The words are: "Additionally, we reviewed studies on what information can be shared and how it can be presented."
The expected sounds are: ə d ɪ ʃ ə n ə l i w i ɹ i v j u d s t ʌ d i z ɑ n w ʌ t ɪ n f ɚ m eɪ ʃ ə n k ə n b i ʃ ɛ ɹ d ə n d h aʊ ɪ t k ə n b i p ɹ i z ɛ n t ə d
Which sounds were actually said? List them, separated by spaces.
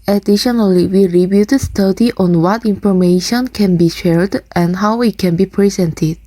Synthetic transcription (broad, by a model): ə d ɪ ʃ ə n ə l i w i ɹ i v j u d s t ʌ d i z ɑ n w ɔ t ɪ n f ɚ m eɪ ʃ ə n k ə n b i ʃ ɛ ɹ d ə n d h aʊ ɪ t k ə n b i p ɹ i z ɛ n t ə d